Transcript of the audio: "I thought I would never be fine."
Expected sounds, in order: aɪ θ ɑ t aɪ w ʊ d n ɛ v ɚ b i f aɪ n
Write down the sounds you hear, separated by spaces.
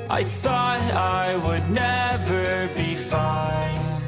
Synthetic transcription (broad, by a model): aɪ θ ɑ t aɪ w ʊ d n ɛ v ɚ b i f aɪ n